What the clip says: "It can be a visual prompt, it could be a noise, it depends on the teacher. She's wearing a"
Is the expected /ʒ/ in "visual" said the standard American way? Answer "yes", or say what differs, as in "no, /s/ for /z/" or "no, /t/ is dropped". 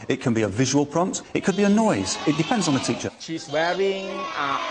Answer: yes